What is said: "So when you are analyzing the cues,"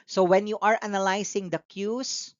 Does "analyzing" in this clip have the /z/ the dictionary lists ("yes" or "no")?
no